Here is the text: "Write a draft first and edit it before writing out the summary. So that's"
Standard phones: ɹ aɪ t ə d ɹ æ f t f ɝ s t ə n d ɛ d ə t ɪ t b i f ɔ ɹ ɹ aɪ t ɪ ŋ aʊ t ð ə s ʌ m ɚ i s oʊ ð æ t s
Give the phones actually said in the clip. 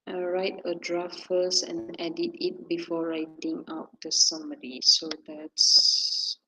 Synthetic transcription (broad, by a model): ɹ aɪ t ə d ɹ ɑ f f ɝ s ə n ɛ d ə t ɪ t b i f ɔ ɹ ɹ aɪ t ɪ ŋ aʊ t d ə s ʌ m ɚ i s oʊ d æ t s